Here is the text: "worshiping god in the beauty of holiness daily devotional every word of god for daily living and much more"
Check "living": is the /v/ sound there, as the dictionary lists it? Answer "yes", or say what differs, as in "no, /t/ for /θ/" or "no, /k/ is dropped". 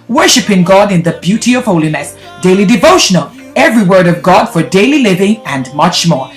yes